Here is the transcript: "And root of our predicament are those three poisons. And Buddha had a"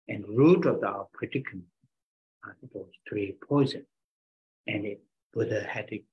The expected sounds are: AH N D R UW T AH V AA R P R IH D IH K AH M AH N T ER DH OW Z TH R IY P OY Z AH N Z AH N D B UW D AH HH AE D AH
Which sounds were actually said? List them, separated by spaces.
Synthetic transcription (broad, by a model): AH N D R UW T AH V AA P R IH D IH K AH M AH T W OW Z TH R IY P OY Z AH N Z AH N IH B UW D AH HH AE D